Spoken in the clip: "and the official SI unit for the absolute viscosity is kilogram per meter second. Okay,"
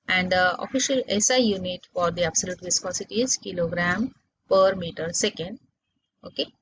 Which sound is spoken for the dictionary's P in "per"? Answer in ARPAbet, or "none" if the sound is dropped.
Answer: P